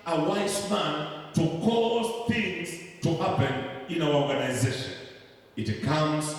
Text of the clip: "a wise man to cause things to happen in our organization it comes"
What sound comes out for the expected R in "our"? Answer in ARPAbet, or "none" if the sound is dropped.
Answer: W